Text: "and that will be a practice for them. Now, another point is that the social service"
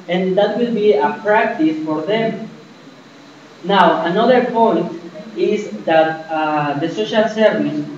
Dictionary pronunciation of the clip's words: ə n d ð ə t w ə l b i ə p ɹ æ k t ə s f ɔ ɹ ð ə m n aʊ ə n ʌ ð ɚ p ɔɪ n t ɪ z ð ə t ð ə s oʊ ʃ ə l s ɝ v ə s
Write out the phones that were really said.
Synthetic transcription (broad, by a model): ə n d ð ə t w ə l b i ə p ɹ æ k t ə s f ɔ ɹ ð ə m n aʊ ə n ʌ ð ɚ p ɔɪ n t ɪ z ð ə t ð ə s oʊ ʃ ə l s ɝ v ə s